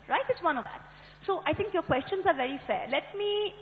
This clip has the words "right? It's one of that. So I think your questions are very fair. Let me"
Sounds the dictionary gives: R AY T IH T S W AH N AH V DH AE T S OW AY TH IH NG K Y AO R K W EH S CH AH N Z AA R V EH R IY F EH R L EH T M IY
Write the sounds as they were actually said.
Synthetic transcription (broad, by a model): R AY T IH T S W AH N AH V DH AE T S OW AY T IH NG K Y AO R K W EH S CH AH N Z AA R V EH R IY F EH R L EH T M IY